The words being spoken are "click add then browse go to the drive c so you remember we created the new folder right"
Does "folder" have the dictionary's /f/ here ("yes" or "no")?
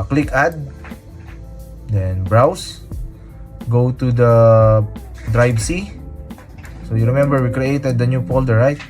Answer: no